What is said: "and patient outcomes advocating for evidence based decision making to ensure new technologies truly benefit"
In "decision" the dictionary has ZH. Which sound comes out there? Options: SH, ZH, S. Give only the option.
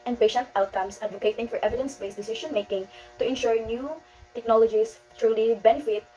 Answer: SH